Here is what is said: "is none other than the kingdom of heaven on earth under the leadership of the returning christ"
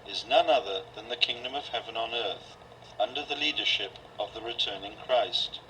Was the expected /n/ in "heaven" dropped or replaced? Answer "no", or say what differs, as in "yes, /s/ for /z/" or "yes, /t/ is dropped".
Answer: no